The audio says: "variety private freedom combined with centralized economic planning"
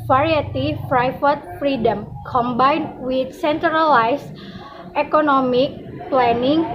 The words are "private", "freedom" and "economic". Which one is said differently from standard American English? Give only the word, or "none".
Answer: private